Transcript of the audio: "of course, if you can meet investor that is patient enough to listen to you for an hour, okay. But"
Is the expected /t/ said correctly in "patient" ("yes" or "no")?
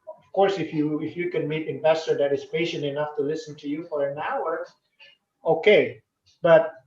yes